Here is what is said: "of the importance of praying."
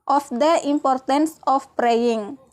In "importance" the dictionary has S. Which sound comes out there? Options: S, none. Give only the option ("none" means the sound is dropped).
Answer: S